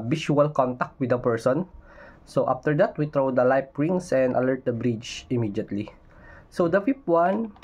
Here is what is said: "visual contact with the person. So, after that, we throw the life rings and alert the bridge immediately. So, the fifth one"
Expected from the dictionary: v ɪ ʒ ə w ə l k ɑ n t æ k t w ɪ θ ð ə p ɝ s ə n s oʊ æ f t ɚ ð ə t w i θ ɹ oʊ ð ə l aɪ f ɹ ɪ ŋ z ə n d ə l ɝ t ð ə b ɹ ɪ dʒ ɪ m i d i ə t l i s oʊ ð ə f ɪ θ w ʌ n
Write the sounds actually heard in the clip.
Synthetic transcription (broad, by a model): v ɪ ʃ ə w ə l k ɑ n t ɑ k t w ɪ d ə p ɝ s ə n s oʊ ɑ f t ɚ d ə t w i t ɹ oʊ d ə l aɪ p ɹ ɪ ŋ s ə n d ə l ɝ t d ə b ɹ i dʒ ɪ m i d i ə t l i s oʊ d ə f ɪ f w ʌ n